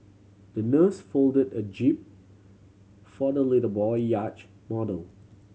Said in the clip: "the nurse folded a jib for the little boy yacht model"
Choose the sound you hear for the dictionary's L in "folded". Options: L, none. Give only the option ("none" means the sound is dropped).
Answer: L